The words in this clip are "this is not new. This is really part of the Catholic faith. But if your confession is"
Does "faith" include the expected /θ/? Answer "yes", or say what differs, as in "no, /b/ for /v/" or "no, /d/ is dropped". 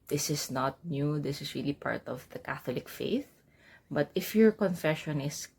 yes